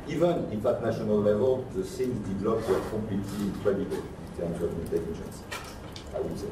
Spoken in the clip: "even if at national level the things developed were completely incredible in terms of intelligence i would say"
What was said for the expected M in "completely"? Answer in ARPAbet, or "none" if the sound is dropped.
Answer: none